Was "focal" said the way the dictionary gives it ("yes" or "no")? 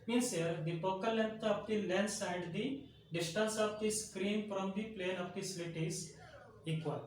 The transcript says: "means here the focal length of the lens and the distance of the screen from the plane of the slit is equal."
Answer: no